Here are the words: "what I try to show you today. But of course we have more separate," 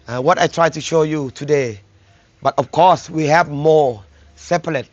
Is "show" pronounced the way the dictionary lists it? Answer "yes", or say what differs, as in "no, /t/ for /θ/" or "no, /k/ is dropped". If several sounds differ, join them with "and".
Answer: yes